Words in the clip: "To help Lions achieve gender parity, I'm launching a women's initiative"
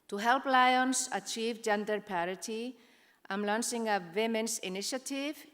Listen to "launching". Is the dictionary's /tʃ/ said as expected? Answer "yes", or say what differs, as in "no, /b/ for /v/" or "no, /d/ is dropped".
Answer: no, /s/ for /tʃ/